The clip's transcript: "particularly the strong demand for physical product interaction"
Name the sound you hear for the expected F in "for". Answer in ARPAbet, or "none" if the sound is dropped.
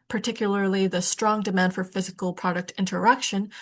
F